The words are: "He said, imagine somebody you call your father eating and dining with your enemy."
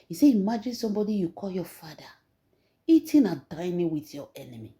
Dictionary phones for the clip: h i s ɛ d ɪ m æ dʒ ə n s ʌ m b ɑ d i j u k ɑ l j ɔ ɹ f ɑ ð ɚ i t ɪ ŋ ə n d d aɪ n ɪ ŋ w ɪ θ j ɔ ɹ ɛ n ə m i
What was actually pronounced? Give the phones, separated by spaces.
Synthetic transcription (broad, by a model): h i s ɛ ɪ m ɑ dʒ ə n s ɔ m b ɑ d i j u k ɑ l j ɔ f ɑ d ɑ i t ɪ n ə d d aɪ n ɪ w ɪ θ j ɔ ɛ n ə m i